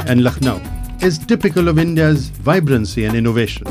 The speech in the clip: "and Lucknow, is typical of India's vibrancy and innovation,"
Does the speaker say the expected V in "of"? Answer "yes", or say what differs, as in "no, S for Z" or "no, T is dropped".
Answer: yes